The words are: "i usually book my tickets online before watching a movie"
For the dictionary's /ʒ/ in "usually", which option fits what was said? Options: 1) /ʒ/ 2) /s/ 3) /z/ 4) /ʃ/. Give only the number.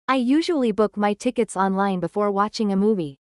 1